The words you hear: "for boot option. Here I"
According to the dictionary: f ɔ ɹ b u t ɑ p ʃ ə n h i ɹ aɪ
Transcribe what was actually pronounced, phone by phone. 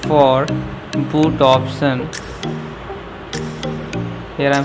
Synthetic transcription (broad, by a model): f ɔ ɹ b u t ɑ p s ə n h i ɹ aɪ